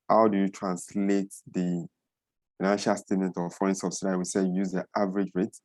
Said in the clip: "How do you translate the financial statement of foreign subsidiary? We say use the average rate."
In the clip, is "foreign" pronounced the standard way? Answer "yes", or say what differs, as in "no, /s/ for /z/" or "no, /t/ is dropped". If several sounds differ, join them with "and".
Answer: no, /ɹ/ is dropped